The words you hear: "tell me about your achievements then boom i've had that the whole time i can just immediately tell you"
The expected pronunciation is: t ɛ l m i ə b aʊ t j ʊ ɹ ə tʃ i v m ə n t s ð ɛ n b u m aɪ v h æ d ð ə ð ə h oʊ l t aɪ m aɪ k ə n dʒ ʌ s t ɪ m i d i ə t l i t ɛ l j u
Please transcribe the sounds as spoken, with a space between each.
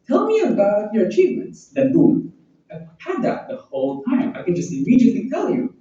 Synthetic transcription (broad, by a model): t ɛ l m i ə b aʊ t j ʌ ɹ ə tʃ i v m ə n t s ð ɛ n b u aɪ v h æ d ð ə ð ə h oʊ l t aɪ m aɪ k ə n dʒ ʌ s t ɪ m i d i ə t l i t ɛ l j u